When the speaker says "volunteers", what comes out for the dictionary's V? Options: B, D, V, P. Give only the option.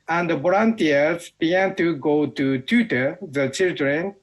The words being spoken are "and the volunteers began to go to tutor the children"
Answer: B